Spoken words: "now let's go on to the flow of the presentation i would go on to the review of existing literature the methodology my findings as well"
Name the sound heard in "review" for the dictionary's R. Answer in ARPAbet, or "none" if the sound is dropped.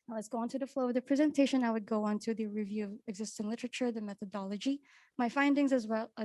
R